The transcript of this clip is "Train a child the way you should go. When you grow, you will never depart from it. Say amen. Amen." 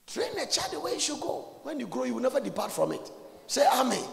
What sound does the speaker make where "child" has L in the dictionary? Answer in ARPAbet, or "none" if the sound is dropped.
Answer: none